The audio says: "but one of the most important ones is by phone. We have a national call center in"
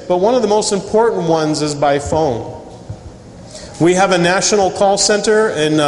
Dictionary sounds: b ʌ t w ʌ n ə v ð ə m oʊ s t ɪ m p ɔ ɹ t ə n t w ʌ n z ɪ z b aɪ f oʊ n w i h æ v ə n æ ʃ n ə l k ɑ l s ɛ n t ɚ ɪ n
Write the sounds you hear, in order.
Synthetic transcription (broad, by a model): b ʌ t w ʌ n ə v ð ə m oʊ s t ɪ m p ɔ ɹ t n t w ʌ n z ɪ z b aɪ f oʊ n w i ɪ v ə n æ ʃ n l k ɑ l s ɛ n t ɚ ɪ n